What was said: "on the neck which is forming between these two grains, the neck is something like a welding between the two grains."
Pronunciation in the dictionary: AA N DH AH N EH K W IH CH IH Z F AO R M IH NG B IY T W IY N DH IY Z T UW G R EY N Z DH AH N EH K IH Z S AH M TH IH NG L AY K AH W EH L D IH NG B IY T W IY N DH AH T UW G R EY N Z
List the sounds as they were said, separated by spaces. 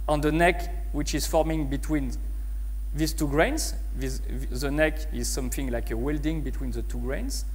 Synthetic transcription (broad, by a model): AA N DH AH N EH K W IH CH IH Z F AO R M IH NG B IY T W IY N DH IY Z T UW G R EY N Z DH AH N EH K IH Z S AH M TH IH NG L AY K AH W EH L D IH NG B IY T W IY N DH AH T UW G R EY N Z